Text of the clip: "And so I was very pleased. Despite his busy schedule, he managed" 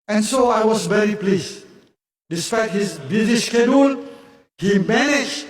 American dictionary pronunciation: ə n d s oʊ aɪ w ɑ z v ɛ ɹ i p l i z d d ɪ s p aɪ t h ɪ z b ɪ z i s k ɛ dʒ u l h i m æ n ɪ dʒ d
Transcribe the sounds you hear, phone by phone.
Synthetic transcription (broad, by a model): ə n s oʊ aɪ w ɑ s v ɛ ɹ i p l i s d d ɪ s p aɪ t h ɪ s b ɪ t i ʃ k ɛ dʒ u l h i m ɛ n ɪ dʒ